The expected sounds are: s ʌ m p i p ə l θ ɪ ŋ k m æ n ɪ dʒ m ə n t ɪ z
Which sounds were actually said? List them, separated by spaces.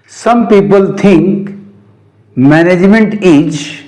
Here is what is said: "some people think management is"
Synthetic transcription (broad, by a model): s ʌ m p i p ə l t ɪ ŋ k m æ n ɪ dʒ m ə n t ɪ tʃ